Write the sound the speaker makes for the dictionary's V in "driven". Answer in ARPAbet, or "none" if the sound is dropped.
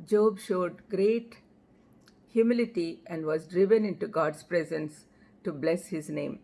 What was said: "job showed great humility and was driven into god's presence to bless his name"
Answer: V